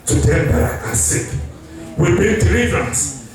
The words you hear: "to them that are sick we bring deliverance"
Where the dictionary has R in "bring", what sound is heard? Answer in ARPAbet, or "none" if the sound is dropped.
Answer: none